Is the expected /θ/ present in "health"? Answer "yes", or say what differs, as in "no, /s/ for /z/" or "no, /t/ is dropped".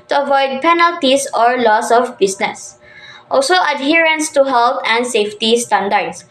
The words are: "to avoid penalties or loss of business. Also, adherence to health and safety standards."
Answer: no, /t/ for /θ/